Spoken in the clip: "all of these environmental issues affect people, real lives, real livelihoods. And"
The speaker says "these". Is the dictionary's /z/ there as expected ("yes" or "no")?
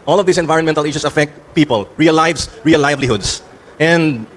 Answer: no